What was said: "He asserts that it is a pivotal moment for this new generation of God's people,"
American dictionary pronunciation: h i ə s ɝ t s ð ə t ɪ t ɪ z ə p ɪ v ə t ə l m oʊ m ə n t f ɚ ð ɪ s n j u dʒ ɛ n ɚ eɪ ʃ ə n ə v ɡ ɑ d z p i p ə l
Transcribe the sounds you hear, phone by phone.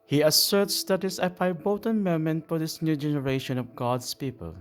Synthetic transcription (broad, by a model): h i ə s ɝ t s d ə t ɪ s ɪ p ə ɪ b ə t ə n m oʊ m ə n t f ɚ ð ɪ s n j u dʒ ɛ n ɚ eɪ ʃ ə n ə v ɡ ɑ d s p i p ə l